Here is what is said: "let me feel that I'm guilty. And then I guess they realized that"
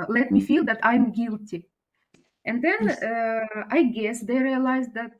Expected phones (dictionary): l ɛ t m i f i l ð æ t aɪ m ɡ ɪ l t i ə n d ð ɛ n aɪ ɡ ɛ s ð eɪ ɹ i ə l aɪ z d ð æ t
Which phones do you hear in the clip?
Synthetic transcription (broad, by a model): l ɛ t m i f i l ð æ t aɪ m ɡ ɪ l t i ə n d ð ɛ n aɪ ɡ ɛ s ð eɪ ɹ i ə l aɪ z d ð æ t